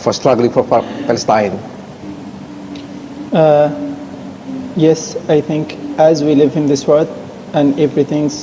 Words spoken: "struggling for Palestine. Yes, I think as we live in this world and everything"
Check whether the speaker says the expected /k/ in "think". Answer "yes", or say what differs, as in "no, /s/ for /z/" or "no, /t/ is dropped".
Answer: yes